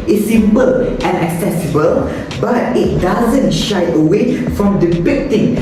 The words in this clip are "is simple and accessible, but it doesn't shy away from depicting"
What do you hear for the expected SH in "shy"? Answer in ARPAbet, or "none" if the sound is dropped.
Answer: SH